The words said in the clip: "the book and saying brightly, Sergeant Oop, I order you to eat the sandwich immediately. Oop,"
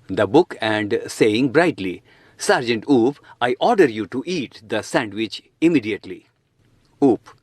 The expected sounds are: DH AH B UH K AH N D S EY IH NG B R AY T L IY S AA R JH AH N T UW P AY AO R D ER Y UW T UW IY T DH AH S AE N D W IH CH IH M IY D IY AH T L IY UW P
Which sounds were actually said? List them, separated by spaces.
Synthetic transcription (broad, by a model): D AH B UH K AH N D S EY IH NG B R AY T L IY S AA R JH AH N T UW P AY AO R D ER Y UW T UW IY T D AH S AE N D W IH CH IH M IY D IY AH T L IY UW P